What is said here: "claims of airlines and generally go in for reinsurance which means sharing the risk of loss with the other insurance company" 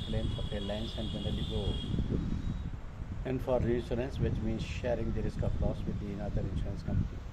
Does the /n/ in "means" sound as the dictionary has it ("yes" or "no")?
yes